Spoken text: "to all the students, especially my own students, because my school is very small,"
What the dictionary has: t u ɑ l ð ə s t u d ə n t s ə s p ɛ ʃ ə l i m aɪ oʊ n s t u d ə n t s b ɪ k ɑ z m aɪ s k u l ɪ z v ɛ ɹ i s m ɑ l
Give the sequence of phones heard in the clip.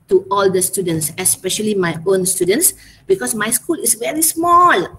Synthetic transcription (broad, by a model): t u ɑ l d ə s t u d ə n t s ə s p ɛ ʃ ə l i m aɪ oʊ n s t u d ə n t s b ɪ k ɑ s m aɪ s k u l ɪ s v ɛ ɹ i s m ɑ l